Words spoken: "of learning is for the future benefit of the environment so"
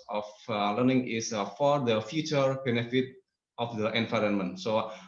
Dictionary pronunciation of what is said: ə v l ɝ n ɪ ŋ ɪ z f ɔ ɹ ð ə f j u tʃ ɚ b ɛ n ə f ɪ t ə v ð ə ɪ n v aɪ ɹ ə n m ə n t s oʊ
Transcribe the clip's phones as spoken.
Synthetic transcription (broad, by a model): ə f l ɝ n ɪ ŋ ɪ s f ɔ ɹ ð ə f j u tʃ ɚ b ɛ n ə f ɪ t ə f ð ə ɪ n v aɪ ɹ ə n m ə n t s oʊ